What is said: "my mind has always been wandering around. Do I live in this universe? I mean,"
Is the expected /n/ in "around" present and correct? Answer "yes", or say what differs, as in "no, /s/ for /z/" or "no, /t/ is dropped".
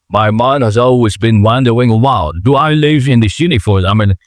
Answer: no, /l/ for /n/